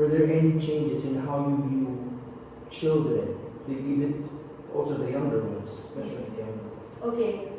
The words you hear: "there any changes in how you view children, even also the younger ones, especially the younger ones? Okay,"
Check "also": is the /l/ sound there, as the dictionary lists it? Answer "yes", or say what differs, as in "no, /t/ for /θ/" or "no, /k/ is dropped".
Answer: yes